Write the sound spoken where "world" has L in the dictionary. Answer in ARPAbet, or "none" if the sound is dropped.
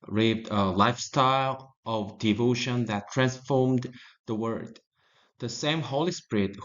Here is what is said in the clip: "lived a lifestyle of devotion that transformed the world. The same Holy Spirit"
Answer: none